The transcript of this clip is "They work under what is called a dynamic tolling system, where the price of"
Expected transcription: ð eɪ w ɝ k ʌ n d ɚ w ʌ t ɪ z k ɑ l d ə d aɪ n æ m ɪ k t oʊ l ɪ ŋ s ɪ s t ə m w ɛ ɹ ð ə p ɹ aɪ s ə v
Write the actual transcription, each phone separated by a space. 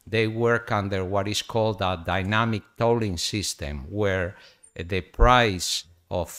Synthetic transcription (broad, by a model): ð eɪ w ɝ k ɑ n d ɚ w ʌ t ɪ s k ɑ l d ə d aɪ n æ m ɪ k t oʊ l ɪ ŋ s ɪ s t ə m w ɛ ɹ ð ə p ɹ aɪ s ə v